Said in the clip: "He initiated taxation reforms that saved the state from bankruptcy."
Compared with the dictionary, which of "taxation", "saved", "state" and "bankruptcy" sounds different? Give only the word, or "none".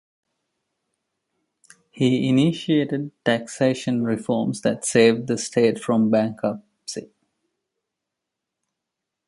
bankruptcy